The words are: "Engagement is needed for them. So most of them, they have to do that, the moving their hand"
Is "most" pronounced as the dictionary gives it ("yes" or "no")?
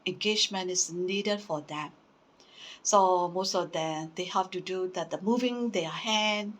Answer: yes